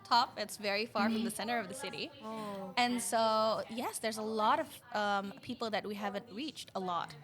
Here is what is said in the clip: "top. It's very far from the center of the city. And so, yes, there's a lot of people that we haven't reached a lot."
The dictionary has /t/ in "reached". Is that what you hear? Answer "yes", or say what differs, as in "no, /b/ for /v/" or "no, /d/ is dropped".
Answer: yes